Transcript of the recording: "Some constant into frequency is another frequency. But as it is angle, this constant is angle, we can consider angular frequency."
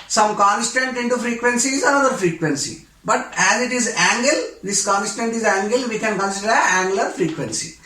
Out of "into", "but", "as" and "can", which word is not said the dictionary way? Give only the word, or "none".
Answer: none